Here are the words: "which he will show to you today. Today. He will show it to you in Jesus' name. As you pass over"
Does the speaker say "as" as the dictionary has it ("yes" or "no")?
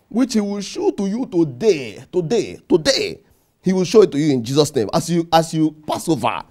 no